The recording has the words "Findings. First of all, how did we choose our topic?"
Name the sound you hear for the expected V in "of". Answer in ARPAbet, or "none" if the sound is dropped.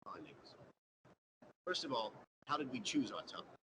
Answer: V